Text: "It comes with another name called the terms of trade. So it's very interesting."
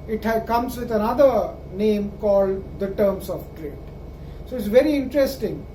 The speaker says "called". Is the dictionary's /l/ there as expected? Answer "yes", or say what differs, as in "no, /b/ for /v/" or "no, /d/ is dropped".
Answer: yes